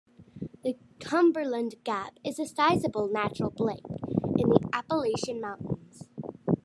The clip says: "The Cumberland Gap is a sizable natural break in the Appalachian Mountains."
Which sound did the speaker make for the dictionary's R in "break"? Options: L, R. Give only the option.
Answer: L